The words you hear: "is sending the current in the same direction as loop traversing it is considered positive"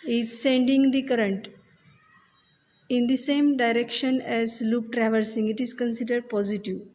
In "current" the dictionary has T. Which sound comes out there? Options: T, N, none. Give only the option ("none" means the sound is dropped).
T